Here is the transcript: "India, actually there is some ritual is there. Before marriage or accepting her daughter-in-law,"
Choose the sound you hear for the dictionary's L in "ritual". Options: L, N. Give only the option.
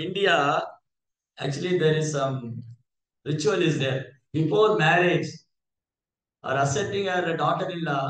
L